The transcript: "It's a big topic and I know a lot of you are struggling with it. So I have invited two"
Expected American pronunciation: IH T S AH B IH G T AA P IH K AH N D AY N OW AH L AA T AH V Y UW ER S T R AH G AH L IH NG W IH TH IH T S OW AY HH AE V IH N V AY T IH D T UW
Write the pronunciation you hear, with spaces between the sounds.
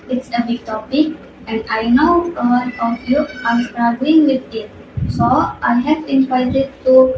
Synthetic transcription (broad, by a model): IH T S AH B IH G T AA P IH K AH N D AY N OW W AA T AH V Y UW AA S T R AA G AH IH NG W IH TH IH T S OW AY HH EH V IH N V AY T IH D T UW